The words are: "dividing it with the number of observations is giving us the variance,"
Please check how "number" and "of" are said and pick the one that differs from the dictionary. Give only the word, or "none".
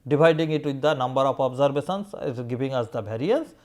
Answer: of